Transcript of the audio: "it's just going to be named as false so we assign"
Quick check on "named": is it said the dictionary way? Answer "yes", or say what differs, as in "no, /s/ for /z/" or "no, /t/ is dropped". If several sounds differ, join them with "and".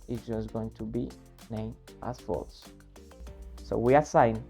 no, /d/ is dropped